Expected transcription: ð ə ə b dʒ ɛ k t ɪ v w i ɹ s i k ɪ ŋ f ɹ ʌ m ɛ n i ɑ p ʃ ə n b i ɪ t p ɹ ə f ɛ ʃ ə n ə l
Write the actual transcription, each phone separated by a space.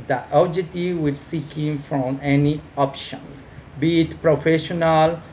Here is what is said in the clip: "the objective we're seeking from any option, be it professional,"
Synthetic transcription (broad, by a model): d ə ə dʒ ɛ t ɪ w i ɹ s i k ɪ ŋ f ɹ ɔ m ɛ n i ɑ p ʃ ə n b i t p ɹ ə f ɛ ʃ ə n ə l